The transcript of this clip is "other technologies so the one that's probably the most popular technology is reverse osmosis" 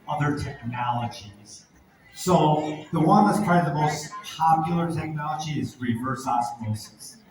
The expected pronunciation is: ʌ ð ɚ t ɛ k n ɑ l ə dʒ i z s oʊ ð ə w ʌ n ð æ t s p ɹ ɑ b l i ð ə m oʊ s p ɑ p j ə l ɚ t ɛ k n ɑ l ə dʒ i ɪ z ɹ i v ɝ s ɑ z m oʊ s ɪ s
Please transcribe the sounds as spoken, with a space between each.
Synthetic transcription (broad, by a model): ʌ ð ɚ t ɛ k n ɑ l ə dʒ i z s oʊ ð ə w ʌ n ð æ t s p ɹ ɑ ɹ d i ð ə m oʊ s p ɑ p j l ɚ t ɛ k n ɑ l ə dʒ i ɪ z ɹ i v ɝ s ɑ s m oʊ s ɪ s